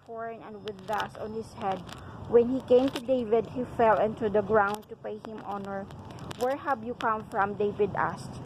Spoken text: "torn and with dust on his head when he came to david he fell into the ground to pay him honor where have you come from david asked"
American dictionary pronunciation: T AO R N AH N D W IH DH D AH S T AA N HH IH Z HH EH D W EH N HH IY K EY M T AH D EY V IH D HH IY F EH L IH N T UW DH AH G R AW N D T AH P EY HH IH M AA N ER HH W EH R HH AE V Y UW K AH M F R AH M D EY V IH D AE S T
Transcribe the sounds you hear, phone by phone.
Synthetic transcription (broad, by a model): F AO R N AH N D W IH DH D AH S AA N HH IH S HH EH D W EH N HH IY K EY M T AH D EY V IH D HH IY F EH L IH N T UW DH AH G R AW N D T AH P EY HH IH M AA N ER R W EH R HH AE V Y UW K AH M F R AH M D EY V IH D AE S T